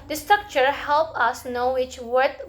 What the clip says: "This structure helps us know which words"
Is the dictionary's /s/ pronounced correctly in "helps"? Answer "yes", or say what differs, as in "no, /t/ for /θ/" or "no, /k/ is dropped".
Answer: no, /s/ is dropped